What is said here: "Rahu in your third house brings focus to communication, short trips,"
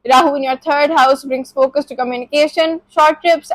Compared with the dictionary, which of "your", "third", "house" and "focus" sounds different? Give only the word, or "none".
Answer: third